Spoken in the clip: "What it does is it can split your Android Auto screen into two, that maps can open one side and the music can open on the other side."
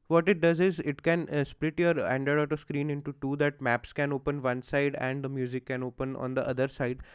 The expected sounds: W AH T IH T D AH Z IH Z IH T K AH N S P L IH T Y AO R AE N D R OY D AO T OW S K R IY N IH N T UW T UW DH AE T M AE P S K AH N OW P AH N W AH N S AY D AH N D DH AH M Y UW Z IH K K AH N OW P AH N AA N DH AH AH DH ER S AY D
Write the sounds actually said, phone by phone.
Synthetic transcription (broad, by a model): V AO T IH T D AH Z IH Z IH T K AH N S P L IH T Y AO R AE N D OY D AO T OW S K R IY N IH N T UW T UW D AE T M AE P S K AH N OW P AH N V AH N S AY D AH N D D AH M Y UW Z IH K K AH N OW P AH N AA N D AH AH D ER S AY D